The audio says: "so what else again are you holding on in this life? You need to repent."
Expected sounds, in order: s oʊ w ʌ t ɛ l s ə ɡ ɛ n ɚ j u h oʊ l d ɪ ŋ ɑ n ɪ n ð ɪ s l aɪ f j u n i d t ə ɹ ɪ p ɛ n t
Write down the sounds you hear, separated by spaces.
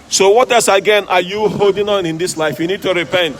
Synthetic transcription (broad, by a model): s oʊ w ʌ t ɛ s ə ɡ ɛ n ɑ j u h oʊ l d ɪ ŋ ɑ n ɪ n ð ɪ s l aɪ f j u n i d t ə ɹ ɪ p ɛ n t